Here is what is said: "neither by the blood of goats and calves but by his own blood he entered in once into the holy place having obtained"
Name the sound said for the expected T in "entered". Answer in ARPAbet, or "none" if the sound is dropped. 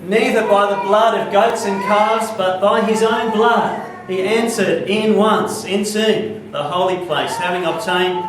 S